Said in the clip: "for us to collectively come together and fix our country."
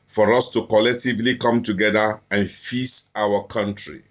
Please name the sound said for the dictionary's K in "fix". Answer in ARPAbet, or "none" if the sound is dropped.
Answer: none